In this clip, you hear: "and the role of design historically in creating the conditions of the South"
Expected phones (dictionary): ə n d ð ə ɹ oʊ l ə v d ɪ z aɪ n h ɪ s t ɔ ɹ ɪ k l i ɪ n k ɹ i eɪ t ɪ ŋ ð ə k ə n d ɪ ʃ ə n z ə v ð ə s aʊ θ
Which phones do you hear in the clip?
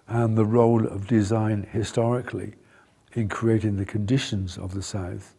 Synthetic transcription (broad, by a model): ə n ð ə ɹ oʊ l ə v d ɪ z aɪ n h ɪ s t ɔ ɹ ɪ k l i ɪ n k ɹ i eɪ t ɪ ŋ ð ə k ə n d ɪ ʃ ə n z ə v ð ə s aʊ θ